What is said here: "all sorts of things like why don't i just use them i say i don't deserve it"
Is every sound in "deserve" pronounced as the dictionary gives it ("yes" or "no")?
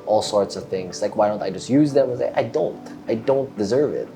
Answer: yes